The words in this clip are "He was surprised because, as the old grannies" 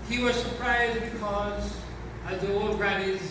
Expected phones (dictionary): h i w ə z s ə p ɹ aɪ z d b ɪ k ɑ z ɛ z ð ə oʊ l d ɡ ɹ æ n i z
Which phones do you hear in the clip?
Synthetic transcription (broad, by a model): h i w ə z s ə p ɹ aɪ z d b ɪ k ɑ z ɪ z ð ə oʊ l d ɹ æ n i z